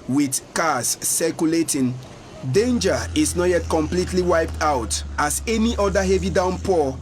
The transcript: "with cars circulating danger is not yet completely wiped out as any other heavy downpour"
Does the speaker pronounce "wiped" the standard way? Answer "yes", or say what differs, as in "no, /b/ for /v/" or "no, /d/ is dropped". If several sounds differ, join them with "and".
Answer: yes